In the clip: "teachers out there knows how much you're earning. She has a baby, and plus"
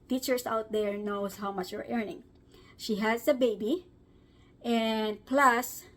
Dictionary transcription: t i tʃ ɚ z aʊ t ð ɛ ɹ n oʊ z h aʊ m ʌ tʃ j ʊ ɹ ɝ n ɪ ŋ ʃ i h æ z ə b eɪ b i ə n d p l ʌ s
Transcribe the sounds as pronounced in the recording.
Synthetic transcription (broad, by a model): t i tʃ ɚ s aʊ t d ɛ ɹ n oʊ s h aʊ m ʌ tʃ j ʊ ɹ ɝ n ɪ ŋ ʃ i h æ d ə b eɪ b i ə n d p l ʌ s